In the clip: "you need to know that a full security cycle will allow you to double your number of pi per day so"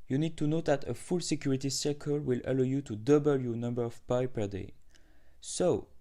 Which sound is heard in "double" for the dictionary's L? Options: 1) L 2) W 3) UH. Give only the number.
1